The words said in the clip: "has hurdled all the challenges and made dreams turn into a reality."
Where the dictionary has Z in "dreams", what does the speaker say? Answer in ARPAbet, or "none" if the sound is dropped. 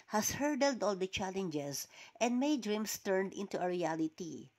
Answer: S